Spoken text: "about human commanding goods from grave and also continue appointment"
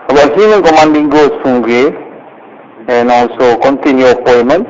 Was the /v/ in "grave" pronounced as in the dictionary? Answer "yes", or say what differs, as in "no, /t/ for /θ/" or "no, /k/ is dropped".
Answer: no, /v/ is dropped